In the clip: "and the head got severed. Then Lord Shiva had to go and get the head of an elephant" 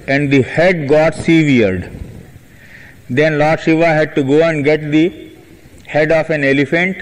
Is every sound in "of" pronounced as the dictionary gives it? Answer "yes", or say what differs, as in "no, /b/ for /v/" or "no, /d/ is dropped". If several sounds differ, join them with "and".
no, /f/ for /v/